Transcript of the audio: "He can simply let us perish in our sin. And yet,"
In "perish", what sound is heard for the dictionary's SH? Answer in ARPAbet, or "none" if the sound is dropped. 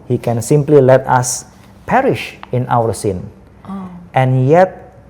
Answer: SH